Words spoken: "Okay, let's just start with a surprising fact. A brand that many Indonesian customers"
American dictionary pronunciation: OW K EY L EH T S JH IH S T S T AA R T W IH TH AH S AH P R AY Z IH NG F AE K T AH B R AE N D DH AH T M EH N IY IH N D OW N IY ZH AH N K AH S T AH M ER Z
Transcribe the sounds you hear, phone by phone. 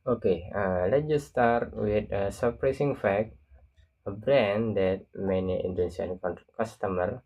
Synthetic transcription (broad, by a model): OW K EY L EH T JH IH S S T AA R T W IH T AH S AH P R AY S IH NG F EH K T AH B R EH N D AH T M EH N IY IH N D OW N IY S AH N K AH S T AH M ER